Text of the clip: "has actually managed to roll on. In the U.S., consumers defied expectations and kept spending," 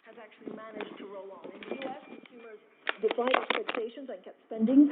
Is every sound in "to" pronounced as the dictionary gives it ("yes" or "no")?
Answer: yes